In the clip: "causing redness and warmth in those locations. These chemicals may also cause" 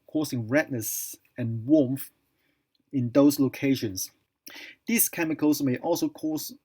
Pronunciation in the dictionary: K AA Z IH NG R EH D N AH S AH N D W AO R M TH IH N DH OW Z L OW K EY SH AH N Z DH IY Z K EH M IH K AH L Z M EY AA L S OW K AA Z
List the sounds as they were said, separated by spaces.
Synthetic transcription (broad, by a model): K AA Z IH NG R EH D N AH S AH N W AO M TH IH N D OW S L OW K EY SH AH N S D IY S K EH M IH K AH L S M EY AA L S OW K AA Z